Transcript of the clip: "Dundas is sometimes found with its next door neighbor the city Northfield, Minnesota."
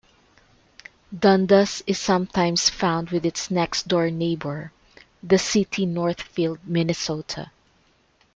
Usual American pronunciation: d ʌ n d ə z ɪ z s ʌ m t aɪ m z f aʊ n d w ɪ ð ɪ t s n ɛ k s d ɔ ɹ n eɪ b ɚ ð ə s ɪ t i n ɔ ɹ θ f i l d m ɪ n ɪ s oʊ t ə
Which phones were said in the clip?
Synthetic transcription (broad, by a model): d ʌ n d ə s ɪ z s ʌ m t aɪ m s f aʊ n d w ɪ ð ɪ t s n ɛ k s d ɔ ɹ n eɪ b ɚ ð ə s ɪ t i n ɔ ɹ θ f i l d m ɪ n ɪ s oʊ t ə